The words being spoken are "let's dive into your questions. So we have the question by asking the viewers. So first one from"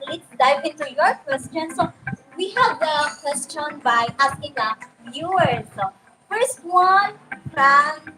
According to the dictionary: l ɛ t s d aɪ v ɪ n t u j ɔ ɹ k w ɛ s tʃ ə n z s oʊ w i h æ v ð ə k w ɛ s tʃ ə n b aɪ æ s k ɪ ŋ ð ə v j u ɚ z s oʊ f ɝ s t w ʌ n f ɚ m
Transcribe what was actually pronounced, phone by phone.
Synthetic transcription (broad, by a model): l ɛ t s d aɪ p ɪ n t u j ɔ ɹ k w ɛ s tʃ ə n s oʊ w i h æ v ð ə k w ɛ s tʃ ə n b aɪ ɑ s k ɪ ŋ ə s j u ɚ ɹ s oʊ f ɝ s t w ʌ n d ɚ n